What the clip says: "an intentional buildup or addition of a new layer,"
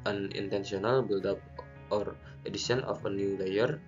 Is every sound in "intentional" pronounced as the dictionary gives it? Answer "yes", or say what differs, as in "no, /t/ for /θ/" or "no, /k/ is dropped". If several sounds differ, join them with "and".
no, /s/ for /ʃ/